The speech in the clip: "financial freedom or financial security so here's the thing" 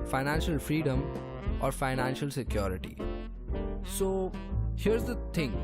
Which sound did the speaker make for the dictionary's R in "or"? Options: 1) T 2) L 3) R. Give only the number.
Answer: 3